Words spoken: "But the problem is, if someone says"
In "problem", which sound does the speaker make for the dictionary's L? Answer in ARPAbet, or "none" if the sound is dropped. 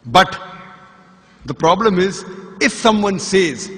L